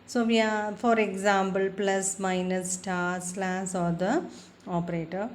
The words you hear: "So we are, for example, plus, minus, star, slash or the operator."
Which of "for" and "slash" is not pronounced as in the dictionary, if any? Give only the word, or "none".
slash